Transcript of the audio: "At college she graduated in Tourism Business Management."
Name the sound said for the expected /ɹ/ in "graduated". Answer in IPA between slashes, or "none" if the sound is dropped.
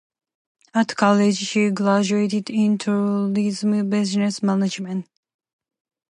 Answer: /l/